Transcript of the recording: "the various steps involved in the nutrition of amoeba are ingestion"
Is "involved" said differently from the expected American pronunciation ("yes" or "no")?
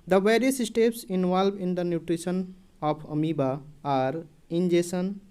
yes